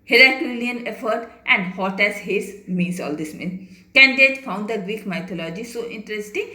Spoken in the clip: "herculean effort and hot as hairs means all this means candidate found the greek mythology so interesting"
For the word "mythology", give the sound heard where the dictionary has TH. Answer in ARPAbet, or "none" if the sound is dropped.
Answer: T